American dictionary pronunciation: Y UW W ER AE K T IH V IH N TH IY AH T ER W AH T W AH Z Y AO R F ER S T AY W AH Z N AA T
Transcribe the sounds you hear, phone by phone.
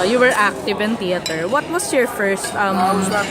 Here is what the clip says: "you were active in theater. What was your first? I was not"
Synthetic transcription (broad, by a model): Y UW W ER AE K T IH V IH N T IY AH T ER W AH T W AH S Y AO R F ER S T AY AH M